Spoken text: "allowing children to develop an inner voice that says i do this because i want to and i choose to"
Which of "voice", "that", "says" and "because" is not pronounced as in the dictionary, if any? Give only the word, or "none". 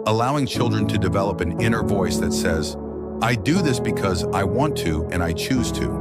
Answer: none